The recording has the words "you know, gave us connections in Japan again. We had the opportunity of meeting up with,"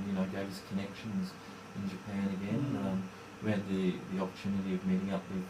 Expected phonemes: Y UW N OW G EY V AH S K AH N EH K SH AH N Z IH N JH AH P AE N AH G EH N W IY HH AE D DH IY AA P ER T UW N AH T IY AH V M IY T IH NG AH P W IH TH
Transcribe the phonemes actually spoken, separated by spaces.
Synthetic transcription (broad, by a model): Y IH N OW G EY V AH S K AH N EH K SH AH N Z IH N JH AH P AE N AH G EH N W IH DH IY DH IY AA P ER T UW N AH T IY AH V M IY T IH NG AH P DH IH